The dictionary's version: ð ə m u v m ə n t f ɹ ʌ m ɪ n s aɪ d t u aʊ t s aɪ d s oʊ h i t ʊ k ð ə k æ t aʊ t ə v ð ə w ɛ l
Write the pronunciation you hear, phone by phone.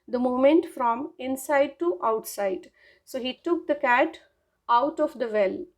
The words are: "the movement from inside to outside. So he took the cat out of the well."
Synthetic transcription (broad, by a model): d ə m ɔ m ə n t f ɹ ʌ m ɪ n s aɪ d t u aʊ t s aɪ d s oʊ h i t ʊ k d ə k æ t aʊ t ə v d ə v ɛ l